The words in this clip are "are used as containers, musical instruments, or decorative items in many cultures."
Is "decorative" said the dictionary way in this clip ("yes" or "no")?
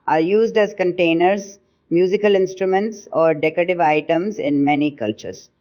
yes